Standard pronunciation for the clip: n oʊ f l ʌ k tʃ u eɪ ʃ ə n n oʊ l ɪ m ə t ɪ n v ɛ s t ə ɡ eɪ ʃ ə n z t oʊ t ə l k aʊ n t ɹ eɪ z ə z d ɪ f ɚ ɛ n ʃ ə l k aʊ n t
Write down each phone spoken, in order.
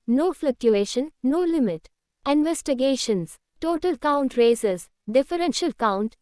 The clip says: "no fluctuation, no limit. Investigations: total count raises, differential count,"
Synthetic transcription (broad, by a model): n oʊ f l ʌ k tʃ u eɪ ʃ ə n n oʊ l ɪ m ə t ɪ n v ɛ s t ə ɡ eɪ ʃ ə n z t oʊ t ə l k aʊ n t ɹ eɪ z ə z d ɪ f ɚ ɛ n ʃ ə l k aʊ n t